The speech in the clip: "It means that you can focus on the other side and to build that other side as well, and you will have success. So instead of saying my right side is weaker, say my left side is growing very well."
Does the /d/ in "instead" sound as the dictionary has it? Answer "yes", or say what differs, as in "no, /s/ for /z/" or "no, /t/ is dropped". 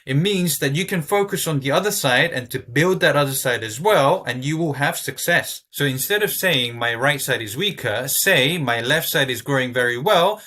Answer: yes